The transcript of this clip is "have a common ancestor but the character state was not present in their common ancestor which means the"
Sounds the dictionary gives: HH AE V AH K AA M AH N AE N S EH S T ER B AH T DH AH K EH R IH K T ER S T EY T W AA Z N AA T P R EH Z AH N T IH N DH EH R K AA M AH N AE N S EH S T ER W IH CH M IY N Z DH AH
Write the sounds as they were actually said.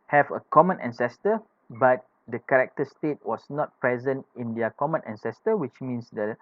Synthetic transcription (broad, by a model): HH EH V AH K AA M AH N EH N S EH S T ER B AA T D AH K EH R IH K T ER S T EY T W AA S N AA T P R EH Z AH N T IH N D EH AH K AA M AH N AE N S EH S T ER W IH CH M IY N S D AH